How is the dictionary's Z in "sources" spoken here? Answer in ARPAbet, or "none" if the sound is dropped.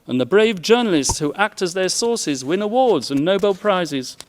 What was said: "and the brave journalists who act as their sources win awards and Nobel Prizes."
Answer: Z